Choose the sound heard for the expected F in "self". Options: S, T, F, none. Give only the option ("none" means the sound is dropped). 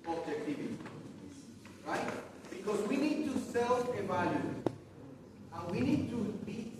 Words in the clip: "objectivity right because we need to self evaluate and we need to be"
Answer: none